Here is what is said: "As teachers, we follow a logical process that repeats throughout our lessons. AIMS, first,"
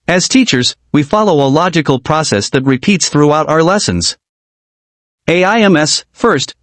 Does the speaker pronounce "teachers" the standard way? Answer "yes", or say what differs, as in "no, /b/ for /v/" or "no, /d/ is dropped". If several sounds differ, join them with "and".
yes